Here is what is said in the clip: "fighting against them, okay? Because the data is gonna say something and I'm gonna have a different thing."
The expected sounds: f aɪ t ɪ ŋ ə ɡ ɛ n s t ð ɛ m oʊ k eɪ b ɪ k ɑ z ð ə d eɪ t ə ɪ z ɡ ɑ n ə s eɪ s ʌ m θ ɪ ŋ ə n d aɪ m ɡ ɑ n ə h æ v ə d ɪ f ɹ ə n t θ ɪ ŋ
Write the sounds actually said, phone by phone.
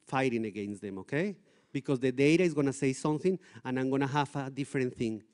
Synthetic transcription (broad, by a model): f aɪ t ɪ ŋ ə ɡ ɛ n s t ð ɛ m oʊ k eɪ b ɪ k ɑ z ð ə d eɪ t ə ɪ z ɡ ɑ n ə s eɪ s ʌ m θ ɪ ŋ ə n aɪ m ɡ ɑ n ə h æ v ə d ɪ f ɹ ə n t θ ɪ ŋ